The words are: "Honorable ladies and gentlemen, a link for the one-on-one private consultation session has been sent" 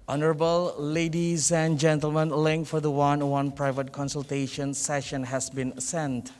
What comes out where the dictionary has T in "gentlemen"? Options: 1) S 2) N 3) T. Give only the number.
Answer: 3